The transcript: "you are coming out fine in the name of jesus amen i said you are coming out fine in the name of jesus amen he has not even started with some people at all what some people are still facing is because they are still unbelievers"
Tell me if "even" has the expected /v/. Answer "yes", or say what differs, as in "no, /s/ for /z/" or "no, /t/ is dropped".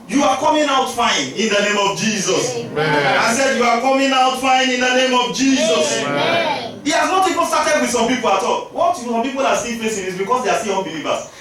no, /p/ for /v/